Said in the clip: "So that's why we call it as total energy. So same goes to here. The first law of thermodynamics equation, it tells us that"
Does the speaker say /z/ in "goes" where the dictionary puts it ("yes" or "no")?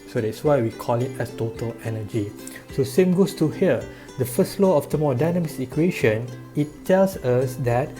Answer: no